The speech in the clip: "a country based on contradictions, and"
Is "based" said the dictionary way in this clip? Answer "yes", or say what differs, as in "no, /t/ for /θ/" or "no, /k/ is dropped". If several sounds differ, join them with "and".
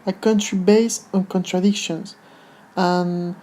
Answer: no, /t/ is dropped